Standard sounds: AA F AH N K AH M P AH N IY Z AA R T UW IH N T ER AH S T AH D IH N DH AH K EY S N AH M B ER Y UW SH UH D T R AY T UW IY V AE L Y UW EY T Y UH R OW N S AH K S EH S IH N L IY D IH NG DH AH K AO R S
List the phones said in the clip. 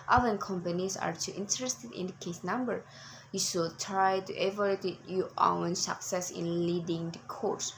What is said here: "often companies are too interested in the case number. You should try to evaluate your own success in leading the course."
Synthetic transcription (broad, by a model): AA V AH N K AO M P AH N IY S AA R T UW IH N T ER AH S T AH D IH N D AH K EY S N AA M B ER Y UW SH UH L T R AY T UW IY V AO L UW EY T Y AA W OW N S AH K S EH S IH N L IY D IH NG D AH K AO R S